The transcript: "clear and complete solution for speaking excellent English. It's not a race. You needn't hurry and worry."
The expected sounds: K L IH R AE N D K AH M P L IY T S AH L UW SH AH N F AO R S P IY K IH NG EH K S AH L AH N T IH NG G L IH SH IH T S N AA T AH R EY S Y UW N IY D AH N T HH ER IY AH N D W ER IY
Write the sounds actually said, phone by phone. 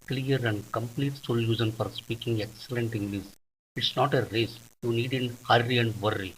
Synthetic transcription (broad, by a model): K L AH R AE N D K AH M P L IY T S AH L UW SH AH N F AO R S P IY K IH NG EH K S AH L AH N T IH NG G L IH S IH T S N AA T AH R EY S Y UW N IY D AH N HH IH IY AH N D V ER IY